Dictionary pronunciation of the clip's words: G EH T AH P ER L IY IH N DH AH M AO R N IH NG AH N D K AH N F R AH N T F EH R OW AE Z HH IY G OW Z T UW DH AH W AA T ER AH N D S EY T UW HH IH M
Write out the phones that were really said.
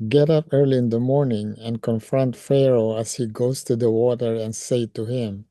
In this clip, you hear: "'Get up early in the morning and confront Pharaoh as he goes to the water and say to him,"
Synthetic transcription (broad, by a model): G EH T AH P ER L IY IH N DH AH M AO R N IH NG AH N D K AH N F R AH N T F EH R OW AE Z HH IY G OW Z T UW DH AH W AA T ER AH N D S EY T UW HH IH M